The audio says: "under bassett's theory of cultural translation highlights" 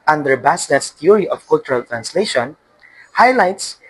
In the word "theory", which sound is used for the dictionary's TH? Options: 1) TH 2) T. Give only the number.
2